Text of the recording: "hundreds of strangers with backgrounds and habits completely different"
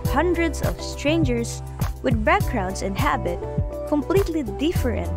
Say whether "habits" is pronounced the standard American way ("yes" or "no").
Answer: no